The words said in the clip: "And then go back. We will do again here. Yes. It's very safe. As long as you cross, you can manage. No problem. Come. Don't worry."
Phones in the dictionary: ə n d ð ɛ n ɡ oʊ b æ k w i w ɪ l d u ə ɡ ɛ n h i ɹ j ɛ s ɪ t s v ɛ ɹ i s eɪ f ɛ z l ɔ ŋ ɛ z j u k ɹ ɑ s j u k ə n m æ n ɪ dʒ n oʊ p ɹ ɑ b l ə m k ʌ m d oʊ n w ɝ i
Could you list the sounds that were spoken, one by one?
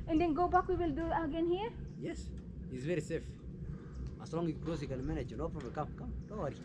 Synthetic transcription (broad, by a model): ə n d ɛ n ɡ oʊ b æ k w i w ɪ l d u ə ɡ ɛ n h i ɹ j ɛ s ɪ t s v ɛ ɹ i s eɪ f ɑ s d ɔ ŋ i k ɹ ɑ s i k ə l m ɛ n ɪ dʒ n oʊ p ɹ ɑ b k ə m k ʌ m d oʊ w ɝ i